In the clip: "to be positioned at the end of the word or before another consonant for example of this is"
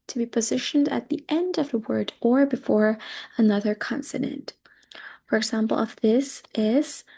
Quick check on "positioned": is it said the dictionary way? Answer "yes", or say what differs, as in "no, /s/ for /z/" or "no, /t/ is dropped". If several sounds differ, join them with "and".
yes